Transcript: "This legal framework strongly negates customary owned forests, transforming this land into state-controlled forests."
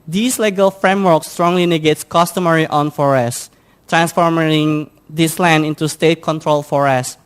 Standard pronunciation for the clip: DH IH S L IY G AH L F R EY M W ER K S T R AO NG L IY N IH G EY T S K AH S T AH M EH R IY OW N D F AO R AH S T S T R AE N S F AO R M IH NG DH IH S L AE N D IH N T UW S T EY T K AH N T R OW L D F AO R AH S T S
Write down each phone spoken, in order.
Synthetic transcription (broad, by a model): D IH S L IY G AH L F R EY M W ER K S T R AO NG L IY N IH G EY T S K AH S T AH M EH R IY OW N F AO R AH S S T R AE N S F AO R M IH NG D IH S L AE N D IH N T UW S T EY T K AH N T R OW L F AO R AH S S